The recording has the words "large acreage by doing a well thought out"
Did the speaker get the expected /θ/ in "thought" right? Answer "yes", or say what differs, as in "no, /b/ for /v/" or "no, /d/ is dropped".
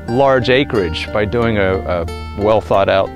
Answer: yes